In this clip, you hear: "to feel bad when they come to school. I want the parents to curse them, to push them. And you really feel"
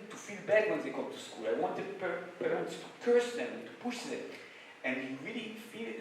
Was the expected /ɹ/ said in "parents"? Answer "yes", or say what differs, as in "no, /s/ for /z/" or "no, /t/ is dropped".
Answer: no, /w/ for /ɹ/